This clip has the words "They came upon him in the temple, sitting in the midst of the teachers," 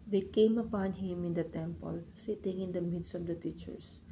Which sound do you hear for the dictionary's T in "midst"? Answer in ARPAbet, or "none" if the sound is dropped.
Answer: T